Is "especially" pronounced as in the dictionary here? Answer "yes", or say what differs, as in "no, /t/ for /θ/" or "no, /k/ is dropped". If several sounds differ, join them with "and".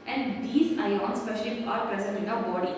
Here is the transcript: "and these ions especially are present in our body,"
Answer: no, /l/ is dropped